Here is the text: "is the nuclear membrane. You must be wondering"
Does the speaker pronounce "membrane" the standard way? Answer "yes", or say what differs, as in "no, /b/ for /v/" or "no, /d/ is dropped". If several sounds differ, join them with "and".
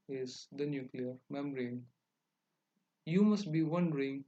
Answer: no, /b/ is dropped